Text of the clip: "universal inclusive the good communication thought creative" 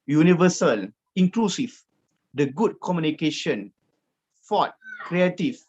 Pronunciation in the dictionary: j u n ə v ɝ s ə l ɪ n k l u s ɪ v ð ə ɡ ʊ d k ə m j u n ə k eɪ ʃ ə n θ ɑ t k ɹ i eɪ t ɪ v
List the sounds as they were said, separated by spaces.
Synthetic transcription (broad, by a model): j u n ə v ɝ s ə l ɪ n k l u s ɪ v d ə ɡ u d k ə m j u n ə k eɪ ʃ ə n f ɑ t k ɹ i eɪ t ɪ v